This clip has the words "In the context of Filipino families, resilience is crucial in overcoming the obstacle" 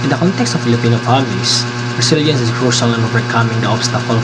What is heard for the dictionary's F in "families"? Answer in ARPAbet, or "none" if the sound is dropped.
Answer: P